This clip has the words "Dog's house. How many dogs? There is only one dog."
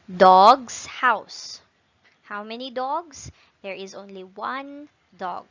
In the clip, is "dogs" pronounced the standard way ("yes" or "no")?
no